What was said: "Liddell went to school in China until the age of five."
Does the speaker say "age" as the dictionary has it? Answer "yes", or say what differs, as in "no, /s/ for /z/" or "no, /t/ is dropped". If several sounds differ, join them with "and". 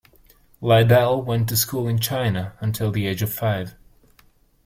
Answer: yes